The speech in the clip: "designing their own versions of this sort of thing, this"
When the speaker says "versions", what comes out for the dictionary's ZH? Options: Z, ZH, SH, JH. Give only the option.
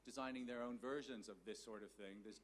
ZH